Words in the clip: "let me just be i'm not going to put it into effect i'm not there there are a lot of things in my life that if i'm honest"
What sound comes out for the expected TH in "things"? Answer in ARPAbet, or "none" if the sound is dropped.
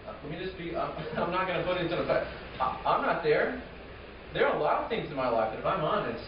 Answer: TH